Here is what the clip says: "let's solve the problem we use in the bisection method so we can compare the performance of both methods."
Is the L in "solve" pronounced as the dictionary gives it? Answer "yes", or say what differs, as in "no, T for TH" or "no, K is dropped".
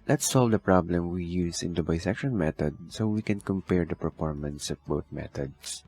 yes